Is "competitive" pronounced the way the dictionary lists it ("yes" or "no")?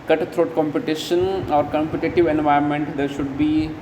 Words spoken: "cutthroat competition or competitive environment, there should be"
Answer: yes